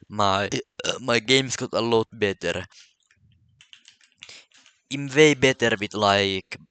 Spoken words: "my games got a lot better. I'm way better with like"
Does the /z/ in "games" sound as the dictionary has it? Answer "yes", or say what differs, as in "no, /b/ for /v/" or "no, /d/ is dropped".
no, /s/ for /z/